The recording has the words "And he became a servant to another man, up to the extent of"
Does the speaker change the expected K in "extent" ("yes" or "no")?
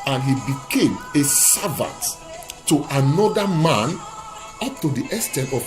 yes